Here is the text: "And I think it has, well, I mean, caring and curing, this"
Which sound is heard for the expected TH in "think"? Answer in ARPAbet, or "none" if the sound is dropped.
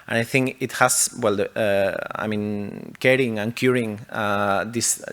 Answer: TH